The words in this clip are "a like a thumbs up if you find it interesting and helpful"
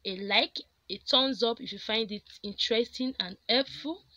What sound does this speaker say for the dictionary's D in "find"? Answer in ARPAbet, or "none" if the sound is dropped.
D